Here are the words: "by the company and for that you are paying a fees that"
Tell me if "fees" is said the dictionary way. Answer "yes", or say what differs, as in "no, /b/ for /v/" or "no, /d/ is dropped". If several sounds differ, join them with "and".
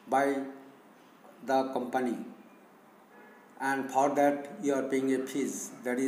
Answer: no, /p/ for /f/